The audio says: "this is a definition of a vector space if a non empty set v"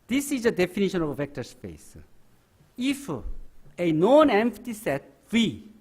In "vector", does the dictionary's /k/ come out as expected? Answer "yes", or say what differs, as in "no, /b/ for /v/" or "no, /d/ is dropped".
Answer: yes